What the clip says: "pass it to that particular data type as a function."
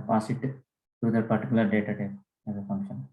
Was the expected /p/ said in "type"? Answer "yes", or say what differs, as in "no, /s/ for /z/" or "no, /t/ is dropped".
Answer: no, /p/ is dropped